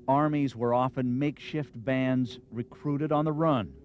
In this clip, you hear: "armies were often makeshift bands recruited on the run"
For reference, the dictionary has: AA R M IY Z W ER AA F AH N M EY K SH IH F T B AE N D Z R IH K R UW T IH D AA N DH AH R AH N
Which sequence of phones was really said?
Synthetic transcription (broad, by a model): AA R M IY Z W ER AA F AH N M EY K SH IH F T B AE N D Z R IH K R UW T IH D N DH AH R AH N